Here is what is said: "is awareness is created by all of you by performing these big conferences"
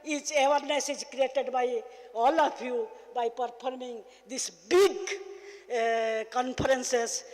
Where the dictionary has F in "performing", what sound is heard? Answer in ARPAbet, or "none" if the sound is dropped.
P